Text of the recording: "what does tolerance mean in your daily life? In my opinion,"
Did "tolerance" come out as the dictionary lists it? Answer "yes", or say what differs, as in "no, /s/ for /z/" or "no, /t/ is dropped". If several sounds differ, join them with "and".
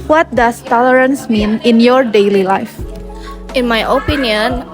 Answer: yes